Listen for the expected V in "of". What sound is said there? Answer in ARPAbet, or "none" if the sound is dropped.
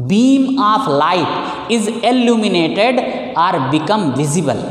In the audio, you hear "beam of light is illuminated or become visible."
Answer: P